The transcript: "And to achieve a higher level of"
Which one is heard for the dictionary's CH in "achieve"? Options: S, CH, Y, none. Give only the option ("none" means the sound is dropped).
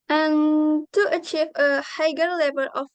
CH